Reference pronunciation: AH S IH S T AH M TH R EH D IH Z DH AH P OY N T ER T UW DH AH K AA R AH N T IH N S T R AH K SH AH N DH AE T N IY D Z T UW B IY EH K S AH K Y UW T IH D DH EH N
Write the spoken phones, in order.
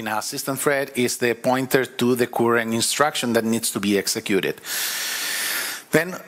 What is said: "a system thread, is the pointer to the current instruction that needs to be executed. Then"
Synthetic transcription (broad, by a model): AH S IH S T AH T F R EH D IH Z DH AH P OY N T ER T UW DH AH K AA R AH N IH N S T R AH K SH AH N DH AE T N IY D S T UW B IY EH K S AH K Y UW T IH D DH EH N